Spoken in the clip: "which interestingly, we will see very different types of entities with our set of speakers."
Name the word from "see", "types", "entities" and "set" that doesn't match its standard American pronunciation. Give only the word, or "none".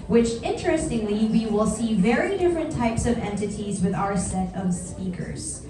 none